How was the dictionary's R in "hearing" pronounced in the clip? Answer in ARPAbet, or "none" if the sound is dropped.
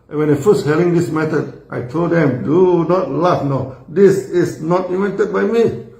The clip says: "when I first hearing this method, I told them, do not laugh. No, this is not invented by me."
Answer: L